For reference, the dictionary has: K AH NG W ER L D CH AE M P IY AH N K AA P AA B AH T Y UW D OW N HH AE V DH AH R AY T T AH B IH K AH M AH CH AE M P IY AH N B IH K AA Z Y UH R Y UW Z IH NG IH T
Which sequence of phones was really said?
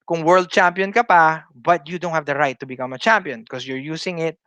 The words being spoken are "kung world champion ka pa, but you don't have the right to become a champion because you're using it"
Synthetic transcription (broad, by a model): K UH NG W ER L D CH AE M P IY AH N K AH P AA B AH T Y UW D OW N HH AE V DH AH R AY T T AH B IH K AH M AH CH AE M P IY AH N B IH K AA S Y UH R Y UW S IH NG IH T